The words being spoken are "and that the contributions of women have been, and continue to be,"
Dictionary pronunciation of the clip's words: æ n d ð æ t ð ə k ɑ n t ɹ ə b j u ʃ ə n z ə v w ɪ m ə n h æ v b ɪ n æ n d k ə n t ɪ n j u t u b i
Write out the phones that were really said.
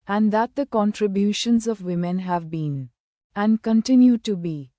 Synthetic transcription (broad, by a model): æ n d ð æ t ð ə k ɑ n t ɹ ə b j u ʃ ə n z ə v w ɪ m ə n h æ v b ɪ n æ n d k ə n t ɪ n j u t u b i